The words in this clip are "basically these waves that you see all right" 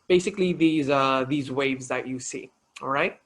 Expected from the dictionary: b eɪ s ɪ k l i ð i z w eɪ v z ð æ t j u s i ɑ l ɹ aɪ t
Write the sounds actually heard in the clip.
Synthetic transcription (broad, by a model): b eɪ s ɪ k l i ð i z w eɪ v z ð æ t j u s i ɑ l ɹ aɪ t